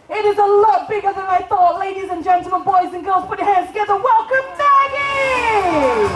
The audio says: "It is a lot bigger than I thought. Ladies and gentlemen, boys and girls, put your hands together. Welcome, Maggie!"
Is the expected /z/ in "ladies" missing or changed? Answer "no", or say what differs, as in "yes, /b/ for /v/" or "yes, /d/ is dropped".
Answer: no